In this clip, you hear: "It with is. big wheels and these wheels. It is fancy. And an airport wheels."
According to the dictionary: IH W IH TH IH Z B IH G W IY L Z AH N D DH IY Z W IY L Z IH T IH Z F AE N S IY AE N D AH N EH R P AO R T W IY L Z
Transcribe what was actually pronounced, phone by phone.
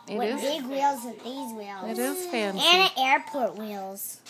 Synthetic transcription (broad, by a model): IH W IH IH Z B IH G W IY L Z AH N DH IY Z W IY L Z IH T IH Z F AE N IY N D EH R P AO R T W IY L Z